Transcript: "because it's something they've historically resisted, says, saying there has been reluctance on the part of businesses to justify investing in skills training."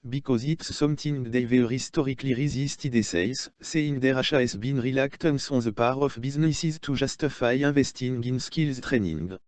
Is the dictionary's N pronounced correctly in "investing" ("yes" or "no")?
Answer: no